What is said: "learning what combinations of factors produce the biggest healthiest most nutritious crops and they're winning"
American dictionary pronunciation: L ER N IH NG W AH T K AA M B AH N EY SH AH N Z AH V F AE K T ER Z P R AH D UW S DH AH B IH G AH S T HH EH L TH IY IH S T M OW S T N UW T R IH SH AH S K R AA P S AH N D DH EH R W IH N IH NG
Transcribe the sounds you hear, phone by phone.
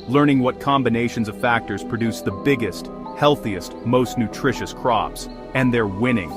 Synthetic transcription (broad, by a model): L ER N IH NG W AH T K AA M B AH N EY SH AH N Z AH V F AE K T ER Z P R AH D UW S DH AH B IH G AH S T HH EH L TH IY IH S T M OW S T N UW T R IH SH AH S K R AA P S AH N DH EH R W IH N IH NG